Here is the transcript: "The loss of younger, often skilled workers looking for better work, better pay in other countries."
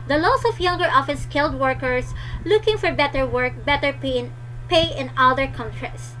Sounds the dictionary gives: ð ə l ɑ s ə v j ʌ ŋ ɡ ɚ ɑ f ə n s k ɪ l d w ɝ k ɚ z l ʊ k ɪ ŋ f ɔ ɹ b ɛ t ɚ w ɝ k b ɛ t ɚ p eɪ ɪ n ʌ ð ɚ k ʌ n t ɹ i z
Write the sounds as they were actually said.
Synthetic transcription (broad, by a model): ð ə l ɑ s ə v j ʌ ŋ ɡ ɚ ɑ f ə n s k ɪ l d w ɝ k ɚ s l ʊ k ɪ ŋ f ɔ ɹ b ɛ t ɚ w ɝ k b ɛ t ɚ p eɪ ɪ n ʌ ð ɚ k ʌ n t ɹ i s